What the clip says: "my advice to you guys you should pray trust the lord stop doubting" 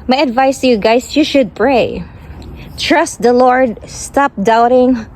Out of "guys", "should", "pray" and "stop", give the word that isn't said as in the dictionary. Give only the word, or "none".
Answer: guys